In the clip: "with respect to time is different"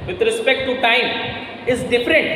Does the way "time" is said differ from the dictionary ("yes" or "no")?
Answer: no